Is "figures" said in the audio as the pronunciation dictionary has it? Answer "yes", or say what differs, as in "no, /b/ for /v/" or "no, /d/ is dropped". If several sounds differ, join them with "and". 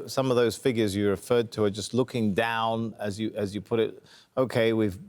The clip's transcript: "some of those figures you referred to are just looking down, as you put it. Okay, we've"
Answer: yes